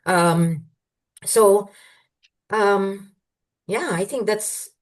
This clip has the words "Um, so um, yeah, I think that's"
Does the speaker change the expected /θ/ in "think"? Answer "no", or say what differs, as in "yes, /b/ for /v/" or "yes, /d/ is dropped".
no